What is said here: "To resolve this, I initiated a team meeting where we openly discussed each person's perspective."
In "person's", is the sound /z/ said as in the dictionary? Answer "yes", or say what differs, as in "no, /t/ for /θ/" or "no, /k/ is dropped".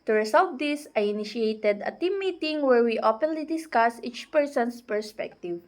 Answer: no, /s/ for /z/